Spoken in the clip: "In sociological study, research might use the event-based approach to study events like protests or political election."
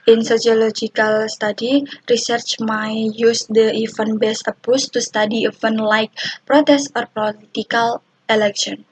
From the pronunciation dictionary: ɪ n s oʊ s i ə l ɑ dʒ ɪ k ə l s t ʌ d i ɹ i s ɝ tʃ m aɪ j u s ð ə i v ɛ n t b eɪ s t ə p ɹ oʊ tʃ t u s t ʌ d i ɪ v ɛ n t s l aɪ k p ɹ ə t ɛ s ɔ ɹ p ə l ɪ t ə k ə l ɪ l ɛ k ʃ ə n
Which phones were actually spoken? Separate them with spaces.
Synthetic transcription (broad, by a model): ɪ n s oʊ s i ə l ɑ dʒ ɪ k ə l s t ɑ d i ɹ i s ɝ tʃ m aɪ j u s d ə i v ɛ n b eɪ s ə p oʊ s t u s t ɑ d i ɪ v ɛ n l aɪ k p ɹ ə t ɛ s ɔ ɹ p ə l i t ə k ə l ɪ l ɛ k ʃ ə n